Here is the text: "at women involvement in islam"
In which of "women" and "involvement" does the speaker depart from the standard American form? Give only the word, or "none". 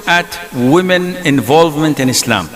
none